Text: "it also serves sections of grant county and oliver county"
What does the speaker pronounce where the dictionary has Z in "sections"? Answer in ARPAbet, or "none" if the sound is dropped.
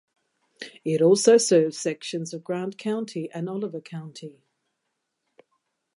Z